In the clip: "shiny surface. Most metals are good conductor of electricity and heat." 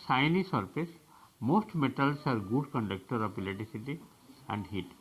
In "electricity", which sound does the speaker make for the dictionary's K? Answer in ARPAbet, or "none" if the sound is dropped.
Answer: none